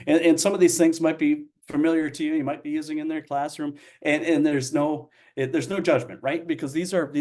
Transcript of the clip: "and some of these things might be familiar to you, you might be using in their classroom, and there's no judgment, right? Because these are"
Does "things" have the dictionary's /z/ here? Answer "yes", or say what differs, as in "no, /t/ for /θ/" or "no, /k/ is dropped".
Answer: yes